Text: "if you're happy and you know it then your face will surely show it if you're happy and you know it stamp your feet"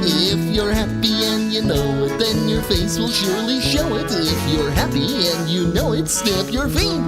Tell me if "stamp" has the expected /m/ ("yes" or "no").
no